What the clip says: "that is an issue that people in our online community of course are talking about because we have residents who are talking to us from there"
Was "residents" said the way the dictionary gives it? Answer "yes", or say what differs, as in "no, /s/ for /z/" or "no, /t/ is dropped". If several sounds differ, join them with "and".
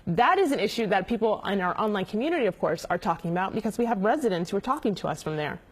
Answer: yes